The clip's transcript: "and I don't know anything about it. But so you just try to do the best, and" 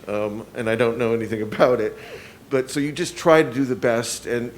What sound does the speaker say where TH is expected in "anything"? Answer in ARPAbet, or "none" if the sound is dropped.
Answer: TH